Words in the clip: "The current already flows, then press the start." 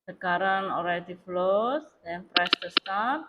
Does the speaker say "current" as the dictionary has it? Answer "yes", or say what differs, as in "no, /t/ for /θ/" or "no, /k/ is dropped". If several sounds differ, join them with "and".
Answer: no, /t/ is dropped